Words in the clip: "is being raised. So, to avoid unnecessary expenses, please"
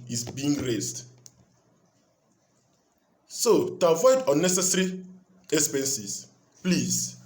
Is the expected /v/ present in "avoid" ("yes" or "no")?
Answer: yes